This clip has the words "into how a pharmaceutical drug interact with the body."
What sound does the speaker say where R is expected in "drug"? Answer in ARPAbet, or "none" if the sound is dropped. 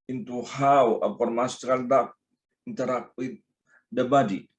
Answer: none